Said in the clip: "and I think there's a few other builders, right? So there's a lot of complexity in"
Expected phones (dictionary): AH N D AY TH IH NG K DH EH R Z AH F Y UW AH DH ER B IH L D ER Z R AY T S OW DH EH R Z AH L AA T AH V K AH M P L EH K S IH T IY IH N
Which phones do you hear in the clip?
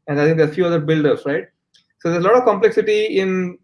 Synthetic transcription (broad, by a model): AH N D AY T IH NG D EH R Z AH F Y UW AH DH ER B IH L D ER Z R AY T S OW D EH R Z AH L AA T AH V K AH M P L EH K S IH T IY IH N